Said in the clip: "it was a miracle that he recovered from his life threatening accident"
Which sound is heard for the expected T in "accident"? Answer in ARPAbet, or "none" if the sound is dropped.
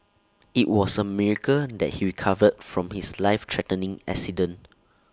none